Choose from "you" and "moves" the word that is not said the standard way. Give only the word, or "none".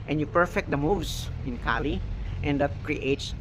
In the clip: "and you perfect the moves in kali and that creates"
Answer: moves